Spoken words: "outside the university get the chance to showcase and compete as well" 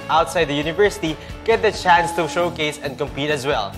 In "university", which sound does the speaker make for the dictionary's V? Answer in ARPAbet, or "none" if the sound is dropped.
V